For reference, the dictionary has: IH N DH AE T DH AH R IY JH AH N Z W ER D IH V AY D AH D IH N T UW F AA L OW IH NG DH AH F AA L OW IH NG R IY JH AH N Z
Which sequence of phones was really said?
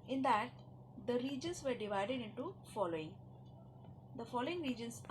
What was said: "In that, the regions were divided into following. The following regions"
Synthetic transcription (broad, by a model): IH N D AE T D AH R IY JH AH N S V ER D IH V AY D AH D IH N T UW F AA L OW IH NG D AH F AA L OW IH NG R IY JH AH N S